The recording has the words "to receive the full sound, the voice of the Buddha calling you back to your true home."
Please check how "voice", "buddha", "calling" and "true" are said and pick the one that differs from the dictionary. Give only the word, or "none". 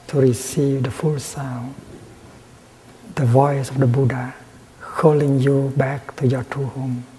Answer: true